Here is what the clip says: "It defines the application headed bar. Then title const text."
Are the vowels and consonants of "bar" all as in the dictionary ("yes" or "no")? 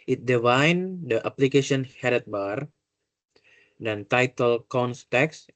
yes